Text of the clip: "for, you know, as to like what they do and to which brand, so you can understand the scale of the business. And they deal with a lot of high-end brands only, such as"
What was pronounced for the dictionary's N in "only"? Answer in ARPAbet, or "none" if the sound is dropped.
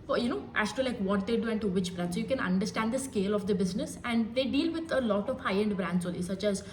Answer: none